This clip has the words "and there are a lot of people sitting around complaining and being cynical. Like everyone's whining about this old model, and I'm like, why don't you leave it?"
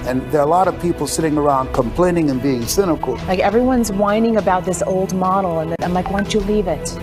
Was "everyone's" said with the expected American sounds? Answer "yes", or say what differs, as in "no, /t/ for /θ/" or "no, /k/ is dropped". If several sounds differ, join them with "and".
yes